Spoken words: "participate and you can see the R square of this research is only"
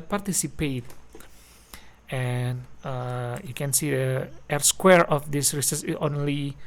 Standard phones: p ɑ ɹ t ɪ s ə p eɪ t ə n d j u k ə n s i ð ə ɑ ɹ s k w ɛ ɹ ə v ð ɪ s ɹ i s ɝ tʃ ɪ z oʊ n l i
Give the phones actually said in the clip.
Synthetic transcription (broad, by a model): p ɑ ɹ t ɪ s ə p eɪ t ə n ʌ j u k ə n s i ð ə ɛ ɹ s k w ɛ ɹ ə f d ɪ s ɹ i s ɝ s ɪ oʊ n l i